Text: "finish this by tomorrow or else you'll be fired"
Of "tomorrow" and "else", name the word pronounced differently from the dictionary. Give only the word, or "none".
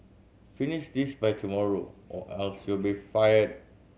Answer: none